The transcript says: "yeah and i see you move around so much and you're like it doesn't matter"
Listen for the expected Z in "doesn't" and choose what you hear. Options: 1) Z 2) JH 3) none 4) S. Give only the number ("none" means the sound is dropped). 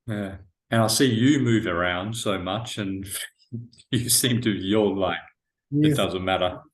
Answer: 1